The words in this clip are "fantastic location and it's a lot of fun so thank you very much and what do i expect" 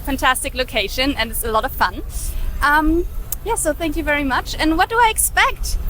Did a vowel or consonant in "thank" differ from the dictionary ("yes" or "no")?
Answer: no